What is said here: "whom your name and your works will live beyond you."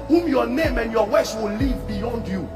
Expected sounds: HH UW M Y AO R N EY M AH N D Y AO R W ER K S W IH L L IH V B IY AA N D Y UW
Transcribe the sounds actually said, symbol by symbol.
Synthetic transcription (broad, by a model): HH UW M Y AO N EY M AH N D Y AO W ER S W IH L L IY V B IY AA N D Y UW